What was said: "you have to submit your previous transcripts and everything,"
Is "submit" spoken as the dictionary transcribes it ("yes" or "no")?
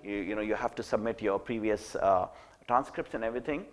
yes